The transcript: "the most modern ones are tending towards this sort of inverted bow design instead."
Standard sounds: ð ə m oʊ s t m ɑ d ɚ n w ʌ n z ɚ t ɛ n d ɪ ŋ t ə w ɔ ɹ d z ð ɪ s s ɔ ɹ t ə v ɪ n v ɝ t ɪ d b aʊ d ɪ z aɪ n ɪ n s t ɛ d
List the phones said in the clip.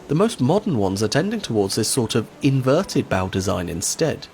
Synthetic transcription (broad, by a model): ð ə m oʊ s t m ɑ d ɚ n w ʌ n z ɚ t ɛ n d ɪ ŋ t ə w ɔ ɹ d z ð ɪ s s ɔ ɹ t ə v ɪ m v ɝ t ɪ d b aʊ d ɪ z aɪ n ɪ n s t ɛ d